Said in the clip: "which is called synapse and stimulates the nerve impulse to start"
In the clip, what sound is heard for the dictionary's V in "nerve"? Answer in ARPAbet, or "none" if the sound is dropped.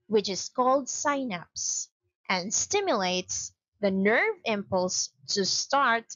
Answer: V